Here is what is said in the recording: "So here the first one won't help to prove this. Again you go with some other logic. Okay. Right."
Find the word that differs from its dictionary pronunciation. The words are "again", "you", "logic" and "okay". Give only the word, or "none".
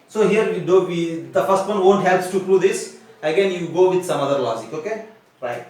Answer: logic